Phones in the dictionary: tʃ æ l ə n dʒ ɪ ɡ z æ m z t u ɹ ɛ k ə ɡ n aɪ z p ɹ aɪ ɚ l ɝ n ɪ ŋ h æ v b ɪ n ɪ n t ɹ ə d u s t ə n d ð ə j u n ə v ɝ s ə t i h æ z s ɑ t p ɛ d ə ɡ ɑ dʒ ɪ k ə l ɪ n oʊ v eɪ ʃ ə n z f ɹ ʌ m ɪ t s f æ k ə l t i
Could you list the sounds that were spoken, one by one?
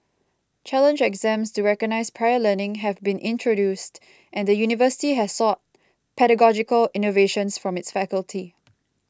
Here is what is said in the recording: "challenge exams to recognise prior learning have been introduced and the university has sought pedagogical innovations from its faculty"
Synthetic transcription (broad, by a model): tʃ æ l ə n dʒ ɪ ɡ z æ m s t u ɹ ɛ k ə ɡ n aɪ s p ɹ aɪ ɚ l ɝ n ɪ ŋ h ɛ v b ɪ n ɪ n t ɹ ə d u s t ə n d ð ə j u n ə v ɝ s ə t i h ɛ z s ɑ t p ɛ d ə ɡ ɑ dʒ ɪ k ə l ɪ n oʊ v eɪ ʃ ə n s f ɹ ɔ m ɪ t s f æ k ə l t i